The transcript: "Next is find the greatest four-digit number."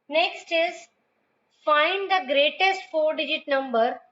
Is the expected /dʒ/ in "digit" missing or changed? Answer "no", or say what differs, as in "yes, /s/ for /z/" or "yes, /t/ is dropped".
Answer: no